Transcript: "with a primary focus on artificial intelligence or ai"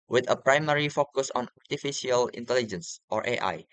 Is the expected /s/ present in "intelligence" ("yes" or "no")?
yes